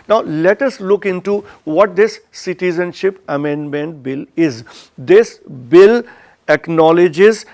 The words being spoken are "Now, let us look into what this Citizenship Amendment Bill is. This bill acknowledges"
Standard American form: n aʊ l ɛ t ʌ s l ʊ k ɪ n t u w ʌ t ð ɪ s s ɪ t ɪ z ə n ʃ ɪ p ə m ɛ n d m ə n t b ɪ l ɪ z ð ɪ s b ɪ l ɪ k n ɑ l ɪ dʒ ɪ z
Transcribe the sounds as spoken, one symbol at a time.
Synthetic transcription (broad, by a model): n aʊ l ɛ t ʌ s l ʊ k ɪ n t u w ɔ t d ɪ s s ɪ t ɪ z ə n ʃ ɪ p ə m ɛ n d m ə n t b ɪ l ɪ z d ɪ s b ɪ l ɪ k n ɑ l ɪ dʒ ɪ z